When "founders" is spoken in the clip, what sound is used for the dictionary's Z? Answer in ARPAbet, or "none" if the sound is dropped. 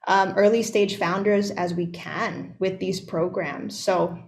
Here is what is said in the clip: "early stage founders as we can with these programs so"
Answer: Z